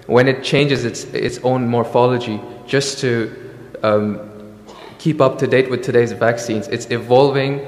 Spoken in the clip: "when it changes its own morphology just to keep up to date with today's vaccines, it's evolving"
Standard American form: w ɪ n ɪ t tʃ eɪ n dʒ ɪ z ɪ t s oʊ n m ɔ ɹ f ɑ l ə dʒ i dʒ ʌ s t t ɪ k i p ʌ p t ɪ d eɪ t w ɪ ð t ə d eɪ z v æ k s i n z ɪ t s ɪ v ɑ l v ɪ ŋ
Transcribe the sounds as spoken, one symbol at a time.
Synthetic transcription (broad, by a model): w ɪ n ɪ t tʃ eɪ n dʒ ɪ z ɪ t s oʊ n m ɔ ɹ f ɑ l ə dʒ i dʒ ʌ s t t ɪ k i p ʌ p t ɪ d eɪ t w ɪ ð t ə d eɪ z v æ k s i n z ɪ t s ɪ v ɑ l v ɪ ŋ